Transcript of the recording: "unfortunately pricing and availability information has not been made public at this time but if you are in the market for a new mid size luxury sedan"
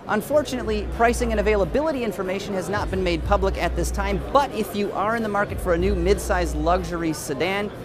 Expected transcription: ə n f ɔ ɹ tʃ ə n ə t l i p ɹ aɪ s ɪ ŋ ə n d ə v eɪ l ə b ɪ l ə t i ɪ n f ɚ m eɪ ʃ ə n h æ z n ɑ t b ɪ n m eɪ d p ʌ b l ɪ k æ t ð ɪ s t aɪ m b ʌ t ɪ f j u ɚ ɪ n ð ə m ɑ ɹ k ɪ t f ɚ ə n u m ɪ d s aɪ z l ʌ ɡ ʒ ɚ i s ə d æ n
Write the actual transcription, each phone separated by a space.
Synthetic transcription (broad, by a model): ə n f ɔ ɹ tʃ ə n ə t l i p ɹ aɪ s ɪ ŋ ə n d ə v eɪ l ə b ɪ l ə t i ɪ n f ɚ m eɪ ʃ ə n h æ z n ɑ t b ɪ n m eɪ d p ʌ b l ɪ k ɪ t ð ɪ s t aɪ m b ʌ t ɪ f j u ɚ ɪ n ð ə m ɑ ɹ k ɪ t f ɚ ə n u m ɪ d s aɪ z l ʌ ɡ ʒ ɚ i s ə d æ n